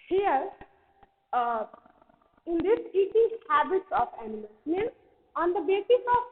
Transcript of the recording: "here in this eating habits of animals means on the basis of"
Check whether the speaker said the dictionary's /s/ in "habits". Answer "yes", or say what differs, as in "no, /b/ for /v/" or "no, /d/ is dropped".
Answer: yes